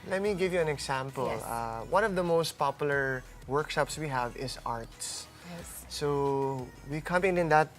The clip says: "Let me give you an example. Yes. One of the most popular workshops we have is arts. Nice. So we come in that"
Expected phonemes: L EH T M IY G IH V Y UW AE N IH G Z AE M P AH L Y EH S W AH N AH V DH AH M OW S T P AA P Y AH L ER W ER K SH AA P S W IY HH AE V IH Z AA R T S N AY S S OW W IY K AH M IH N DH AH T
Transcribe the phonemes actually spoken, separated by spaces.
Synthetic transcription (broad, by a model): L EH T M IY G IH V Y UW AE N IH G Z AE M P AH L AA W AH N AH V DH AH M OW S T P AA P Y AH L ER W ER K SH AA P S W IY HH AE V IH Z AA R T S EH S S OW W IY K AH M IH N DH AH T